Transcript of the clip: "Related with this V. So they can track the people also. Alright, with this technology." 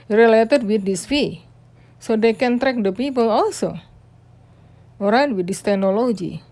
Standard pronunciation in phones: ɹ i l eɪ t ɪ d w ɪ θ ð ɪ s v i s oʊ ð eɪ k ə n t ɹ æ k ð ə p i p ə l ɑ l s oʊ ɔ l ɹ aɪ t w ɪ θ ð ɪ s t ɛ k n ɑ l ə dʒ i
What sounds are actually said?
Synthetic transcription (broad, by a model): ɹ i l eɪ t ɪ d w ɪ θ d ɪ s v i s oʊ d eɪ k ə n t ɹ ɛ k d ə p i p ə l ɑ l s oʊ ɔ ɹ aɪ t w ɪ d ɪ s t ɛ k n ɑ l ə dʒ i